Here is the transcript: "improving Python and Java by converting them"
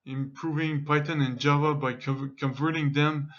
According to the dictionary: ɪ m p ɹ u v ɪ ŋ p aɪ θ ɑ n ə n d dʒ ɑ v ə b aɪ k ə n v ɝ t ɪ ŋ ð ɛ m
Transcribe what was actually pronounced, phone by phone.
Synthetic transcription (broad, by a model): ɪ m p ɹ u v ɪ ŋ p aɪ t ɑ n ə n dʒ ɑ v ə b aɪ k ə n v ɝ t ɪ ŋ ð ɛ m